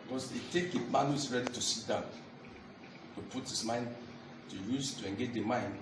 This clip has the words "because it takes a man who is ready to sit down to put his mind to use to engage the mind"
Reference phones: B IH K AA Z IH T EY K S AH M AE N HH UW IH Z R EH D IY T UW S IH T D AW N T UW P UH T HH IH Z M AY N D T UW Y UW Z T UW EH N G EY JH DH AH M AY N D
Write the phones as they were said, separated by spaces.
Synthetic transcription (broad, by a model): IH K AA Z IH T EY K AH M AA N HH UW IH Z R EH D IY T UW S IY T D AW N T UW P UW T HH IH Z M AY N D T UW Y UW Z T UW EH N G EY JH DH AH M AY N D